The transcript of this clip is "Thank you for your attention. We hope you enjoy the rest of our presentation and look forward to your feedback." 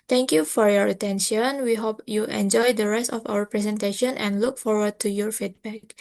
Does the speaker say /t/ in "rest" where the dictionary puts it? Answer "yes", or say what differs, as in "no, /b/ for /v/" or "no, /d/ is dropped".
yes